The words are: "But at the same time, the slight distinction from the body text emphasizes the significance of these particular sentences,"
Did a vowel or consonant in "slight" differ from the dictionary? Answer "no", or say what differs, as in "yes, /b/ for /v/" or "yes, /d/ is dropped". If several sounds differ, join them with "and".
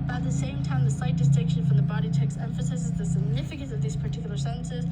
yes, /l/ is dropped